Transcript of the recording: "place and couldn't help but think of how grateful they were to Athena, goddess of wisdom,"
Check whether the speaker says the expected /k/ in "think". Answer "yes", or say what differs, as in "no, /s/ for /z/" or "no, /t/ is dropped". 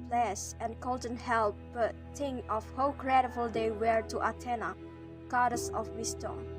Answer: no, /k/ is dropped